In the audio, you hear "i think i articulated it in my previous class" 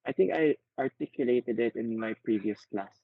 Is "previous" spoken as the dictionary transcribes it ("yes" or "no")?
yes